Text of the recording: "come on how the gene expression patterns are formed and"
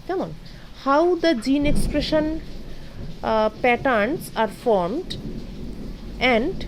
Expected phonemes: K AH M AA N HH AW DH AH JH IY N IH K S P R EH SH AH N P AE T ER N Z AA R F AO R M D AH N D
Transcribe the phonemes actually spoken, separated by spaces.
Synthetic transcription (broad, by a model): K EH M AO N HH AW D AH JH IY N IH K S P R EH SH AH N P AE T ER N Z AA R F AO R M D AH N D